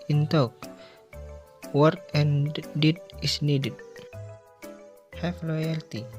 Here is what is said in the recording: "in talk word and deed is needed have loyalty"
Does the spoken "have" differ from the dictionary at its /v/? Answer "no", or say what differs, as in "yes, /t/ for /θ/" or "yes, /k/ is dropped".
yes, /f/ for /v/